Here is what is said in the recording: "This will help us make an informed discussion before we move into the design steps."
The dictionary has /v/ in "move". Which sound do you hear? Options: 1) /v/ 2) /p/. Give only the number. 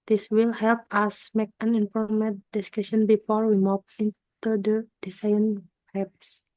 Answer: 2